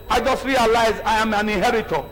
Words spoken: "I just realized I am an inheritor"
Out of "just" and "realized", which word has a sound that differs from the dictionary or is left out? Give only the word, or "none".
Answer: realized